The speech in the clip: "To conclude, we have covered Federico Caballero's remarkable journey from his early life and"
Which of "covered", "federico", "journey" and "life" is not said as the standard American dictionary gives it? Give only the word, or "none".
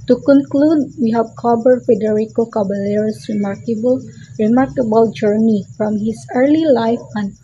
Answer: covered